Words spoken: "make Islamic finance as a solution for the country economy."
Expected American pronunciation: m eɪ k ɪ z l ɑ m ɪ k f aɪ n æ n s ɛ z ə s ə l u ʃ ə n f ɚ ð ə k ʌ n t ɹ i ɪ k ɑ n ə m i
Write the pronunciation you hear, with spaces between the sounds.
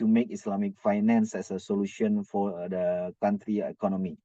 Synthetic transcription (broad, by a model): m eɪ k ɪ s l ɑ m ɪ k f aɪ n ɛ n s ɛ s ə s ə l u ʃ ə n f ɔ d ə k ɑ n t ɹ i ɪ k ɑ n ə m i